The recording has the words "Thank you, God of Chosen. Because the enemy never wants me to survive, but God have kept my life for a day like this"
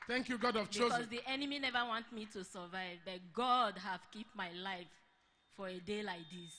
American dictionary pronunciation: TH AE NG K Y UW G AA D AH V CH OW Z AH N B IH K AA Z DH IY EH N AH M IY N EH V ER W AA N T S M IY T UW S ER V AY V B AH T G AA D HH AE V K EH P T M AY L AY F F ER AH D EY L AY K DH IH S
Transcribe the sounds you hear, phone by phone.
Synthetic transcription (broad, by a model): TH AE NG K Y UW G AA D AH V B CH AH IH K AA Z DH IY EH N AH M IY N EH V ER W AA N T M IY T UW S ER V AY V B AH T G AA D HH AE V K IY P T M AY L AY F F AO AH D EY L AY K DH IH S